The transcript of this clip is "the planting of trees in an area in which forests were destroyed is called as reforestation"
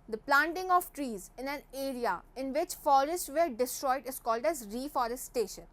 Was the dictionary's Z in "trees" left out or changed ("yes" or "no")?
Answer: no